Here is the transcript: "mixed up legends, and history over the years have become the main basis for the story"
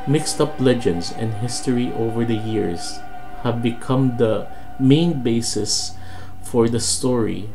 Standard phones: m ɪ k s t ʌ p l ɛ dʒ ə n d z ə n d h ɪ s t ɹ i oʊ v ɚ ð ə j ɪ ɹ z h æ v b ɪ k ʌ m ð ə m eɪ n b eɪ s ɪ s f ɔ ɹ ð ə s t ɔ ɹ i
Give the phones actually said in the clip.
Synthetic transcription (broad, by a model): m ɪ k s t ʌ p l ɛ dʒ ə n d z ə n d h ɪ s t ɹ i oʊ v ɚ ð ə j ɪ ɹ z h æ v b ɪ k ʌ m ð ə m eɪ n b eɪ s ɪ s f ɔ ɹ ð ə s t ɔ ɹ i